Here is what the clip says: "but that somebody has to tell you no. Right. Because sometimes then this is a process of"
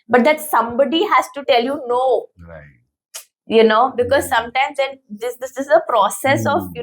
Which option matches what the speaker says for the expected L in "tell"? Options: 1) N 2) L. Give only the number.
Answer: 2